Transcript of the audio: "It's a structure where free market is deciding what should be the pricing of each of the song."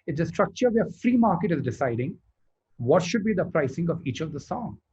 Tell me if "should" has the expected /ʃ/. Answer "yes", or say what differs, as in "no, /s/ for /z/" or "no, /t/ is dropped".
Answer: yes